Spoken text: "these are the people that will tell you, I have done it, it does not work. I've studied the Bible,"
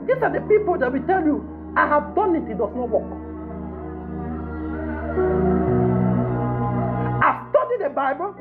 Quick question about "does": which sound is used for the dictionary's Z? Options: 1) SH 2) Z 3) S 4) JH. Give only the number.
3